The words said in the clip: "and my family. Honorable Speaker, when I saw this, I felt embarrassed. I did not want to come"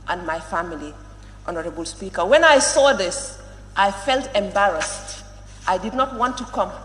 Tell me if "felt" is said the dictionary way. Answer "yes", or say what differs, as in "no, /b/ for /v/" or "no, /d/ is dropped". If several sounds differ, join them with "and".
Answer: yes